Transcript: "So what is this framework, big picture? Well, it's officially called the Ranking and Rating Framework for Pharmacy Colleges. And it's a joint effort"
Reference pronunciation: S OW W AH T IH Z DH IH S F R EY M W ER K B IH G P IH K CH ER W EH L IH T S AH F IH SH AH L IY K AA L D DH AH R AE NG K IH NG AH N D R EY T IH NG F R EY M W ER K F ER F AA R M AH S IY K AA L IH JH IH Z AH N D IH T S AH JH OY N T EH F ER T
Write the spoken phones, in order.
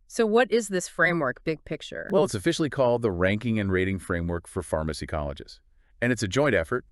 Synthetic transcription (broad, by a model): S OW W AH T IH Z DH IH S F R EY M W ER K B IH G P IH K CH ER W EH L IH T S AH F IH SH L IY K AA L D DH AH R AE NG K IH NG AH N R EY T IH NG F R EY M W ER K F ER F AA R M AH S IY K AA L IH JH IH Z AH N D IH T S AH JH OY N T EH F ER T